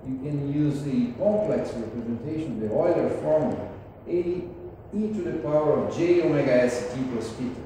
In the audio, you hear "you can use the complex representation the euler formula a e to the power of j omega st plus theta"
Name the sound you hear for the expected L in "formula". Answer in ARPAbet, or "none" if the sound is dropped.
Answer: none